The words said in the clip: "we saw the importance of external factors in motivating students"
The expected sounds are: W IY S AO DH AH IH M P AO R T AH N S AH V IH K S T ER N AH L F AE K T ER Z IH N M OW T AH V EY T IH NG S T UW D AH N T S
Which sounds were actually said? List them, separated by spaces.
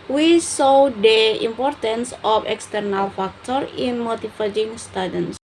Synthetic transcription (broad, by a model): W IY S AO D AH IH M P AO R T AH N S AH F IH K S T ER N AH L F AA K T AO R IH N M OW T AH F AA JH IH NG S T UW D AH N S